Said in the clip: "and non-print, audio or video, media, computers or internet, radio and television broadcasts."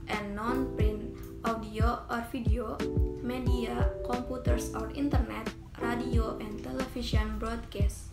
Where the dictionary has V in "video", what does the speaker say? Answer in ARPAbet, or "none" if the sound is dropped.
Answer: F